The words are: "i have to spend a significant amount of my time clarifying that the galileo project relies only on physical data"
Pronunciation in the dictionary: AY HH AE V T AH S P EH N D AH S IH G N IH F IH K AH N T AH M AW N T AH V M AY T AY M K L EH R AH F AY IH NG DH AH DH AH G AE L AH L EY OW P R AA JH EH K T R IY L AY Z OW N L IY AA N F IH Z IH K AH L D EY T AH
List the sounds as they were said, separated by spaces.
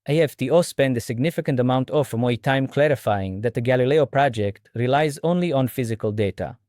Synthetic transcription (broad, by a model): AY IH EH F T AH S P EH N D AH S IH G N IH F IH K AH N T AH M AW N T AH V M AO T AY M K L EH R AH F AY IH NG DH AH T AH G AE L AH L EY OW P R AA JH EH K T R IY L AY Z OW N L IY AA N F IH Z IH K AH L D EY T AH